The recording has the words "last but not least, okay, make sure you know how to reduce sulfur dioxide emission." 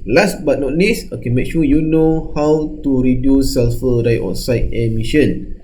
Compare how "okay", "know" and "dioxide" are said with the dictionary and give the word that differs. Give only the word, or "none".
dioxide